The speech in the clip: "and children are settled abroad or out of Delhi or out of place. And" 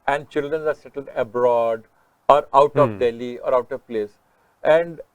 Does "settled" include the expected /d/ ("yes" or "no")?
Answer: yes